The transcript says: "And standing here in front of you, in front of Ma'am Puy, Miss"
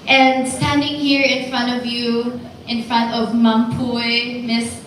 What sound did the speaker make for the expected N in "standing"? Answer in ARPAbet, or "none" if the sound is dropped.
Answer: N